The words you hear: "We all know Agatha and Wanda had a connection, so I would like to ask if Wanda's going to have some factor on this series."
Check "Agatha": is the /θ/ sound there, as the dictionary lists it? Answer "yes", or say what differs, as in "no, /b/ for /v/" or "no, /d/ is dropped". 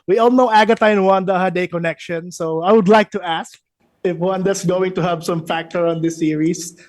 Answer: no, /t/ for /θ/